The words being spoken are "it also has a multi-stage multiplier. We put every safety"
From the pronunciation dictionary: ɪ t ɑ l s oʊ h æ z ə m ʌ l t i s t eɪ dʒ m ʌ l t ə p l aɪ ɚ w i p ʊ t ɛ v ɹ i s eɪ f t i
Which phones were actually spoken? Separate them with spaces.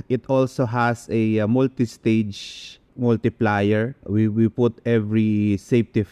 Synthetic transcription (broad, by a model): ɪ t ɑ l s oʊ h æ s ə m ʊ l t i s t eɪ dʒ m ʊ l t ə p l aɪ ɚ w i p ʊ t ɛ v ɹ i s eɪ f t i